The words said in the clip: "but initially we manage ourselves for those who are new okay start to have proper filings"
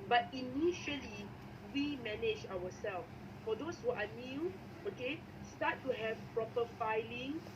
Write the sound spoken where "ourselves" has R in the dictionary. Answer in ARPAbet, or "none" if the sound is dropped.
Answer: W